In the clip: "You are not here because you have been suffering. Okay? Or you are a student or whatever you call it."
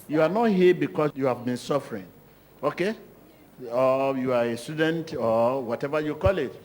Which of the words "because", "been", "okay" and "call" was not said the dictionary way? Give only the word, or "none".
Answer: because